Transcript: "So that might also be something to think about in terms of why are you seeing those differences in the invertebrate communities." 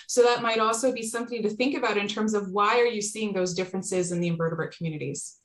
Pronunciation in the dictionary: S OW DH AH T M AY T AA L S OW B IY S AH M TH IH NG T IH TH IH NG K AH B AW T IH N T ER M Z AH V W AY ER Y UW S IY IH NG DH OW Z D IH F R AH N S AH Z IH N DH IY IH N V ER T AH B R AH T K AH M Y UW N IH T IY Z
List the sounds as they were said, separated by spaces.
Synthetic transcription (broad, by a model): S OW DH AH T M AY T AA L S OW B IY S AH M TH IH NG T IH TH IH NG K AH B AW T IH N T ER M Z AH V W AY ER Y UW S IY IH NG DH OW Z D IH F R AH N S AH Z IH N DH IY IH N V ER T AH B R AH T K M Y UW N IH T IY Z